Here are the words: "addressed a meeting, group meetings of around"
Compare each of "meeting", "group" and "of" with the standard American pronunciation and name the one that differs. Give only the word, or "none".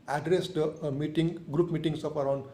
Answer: of